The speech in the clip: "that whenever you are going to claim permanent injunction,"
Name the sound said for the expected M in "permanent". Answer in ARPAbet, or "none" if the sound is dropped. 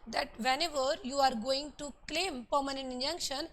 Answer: M